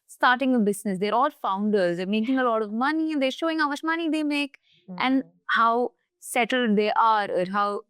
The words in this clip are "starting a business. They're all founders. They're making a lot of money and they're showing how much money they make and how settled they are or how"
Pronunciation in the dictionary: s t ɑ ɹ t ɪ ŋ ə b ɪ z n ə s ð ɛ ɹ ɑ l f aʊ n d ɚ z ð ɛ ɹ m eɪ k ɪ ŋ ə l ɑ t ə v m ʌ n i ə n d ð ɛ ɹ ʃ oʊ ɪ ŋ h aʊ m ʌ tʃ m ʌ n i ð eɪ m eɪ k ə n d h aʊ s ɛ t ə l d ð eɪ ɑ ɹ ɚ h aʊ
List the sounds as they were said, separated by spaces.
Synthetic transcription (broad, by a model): s t ɑ ɹ t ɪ ŋ ə b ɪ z n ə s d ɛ ɹ ɑ l f aʊ n d ɚ z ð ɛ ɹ m eɪ k ɪ ŋ ə l ɑ t ə v m ʌ n i ə n d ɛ ɹ ʃ oʊ ɪ ŋ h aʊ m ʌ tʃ m ʌ n i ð eɪ m eɪ k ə n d h aʊ s ɛ t ə l d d eɪ ɑ ɹ ɚ h aʊ